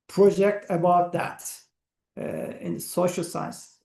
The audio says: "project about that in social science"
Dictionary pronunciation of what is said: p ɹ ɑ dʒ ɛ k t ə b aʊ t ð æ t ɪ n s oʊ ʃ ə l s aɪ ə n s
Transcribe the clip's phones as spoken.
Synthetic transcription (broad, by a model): p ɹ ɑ dʒ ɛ k t ə b aʊ t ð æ t ɪ n s oʊ ʃ ə l s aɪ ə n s